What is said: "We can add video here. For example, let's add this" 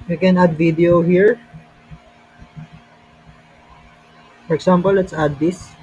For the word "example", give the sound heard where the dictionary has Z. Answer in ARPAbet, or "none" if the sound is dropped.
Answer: S